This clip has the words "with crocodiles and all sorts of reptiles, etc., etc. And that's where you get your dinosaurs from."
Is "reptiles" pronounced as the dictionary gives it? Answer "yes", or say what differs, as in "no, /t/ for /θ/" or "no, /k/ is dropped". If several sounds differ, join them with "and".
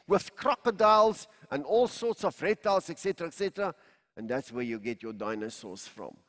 no, /p/ is dropped